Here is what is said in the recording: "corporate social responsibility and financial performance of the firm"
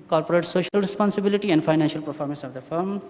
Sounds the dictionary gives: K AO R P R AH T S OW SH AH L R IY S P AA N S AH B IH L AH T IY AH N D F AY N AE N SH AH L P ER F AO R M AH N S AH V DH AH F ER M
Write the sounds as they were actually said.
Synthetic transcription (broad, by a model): K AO R P R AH T S OW SH AH L R IY S P AA N S AH B IH L AH T IY AH N D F AY N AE N SH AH L P ER F AO R M AH N S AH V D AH F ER M